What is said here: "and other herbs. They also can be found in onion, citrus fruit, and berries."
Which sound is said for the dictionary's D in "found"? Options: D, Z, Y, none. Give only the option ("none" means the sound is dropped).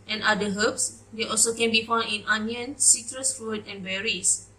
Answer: none